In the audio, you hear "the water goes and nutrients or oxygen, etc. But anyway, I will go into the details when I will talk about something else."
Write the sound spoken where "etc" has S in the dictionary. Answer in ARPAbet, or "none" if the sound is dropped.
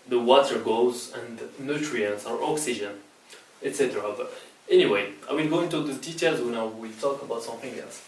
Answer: S